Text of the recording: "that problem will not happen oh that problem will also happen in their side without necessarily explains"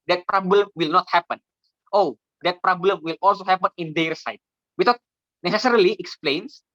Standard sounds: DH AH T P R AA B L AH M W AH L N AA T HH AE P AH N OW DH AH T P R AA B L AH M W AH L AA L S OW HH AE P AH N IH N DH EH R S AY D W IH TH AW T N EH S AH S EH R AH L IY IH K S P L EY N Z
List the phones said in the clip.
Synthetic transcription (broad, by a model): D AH T P R AA B L AH M W AH L N AA T HH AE P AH N OW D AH T P R AA B L AH M W AH L AA L S OW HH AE P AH N IH N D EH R S AY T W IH T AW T N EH S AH S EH R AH L IY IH K S P L EY N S